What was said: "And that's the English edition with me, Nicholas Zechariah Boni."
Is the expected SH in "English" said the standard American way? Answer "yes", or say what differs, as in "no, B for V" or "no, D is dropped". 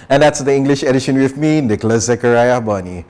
yes